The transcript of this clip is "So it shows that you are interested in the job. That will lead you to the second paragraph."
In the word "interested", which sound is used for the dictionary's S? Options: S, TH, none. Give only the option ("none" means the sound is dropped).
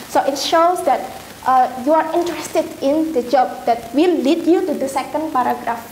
S